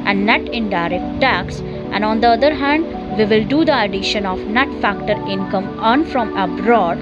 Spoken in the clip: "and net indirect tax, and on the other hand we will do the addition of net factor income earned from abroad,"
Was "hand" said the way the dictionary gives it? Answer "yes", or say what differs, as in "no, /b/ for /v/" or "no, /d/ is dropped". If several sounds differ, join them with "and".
yes